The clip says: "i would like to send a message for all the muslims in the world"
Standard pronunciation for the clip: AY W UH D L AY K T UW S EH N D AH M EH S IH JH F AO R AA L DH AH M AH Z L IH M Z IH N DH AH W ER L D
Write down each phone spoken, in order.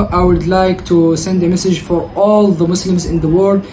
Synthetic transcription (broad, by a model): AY W UH D L AY K T UW S EH N D AH M EH S IH JH F AO R AA L DH AH M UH S L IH M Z IH N DH AH W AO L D